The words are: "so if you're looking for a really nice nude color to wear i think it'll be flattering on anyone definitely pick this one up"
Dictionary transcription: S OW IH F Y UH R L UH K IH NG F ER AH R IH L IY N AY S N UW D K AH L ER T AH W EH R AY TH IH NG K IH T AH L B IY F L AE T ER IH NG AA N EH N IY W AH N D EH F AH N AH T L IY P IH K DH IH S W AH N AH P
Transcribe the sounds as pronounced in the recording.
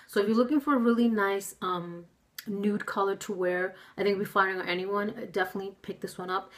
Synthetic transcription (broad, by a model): S OW IH F Y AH R L UH K IH NG F ER AH R IH L IY N AY S N UW D K AH L ER T AH W EH R AY TH IH NG K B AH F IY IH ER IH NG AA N EH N IY W AH N D EH F AH N AH T L IY P IH K DH IH S W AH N AH P